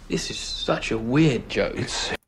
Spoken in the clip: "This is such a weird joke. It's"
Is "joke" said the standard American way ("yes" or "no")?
no